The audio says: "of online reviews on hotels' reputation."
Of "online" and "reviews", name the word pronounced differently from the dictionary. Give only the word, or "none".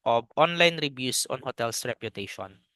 reviews